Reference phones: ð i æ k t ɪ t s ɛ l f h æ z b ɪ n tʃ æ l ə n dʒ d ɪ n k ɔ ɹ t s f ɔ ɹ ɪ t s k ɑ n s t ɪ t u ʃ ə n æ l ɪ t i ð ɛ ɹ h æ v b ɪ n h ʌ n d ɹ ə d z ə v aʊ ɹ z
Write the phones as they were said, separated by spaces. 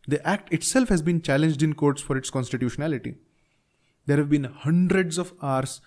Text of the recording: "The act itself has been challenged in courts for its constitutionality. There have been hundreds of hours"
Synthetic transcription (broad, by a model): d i æ k t ɪ t s ɛ l f h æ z b ɪ n tʃ æ l ə n dʒ d ɪ n k ɔ ɹ t s f ɔ ɹ ɪ t s k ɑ n s t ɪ t u ʃ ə n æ l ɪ t i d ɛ ɹ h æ v b ɪ n h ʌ n d ɹ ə d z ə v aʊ ɹ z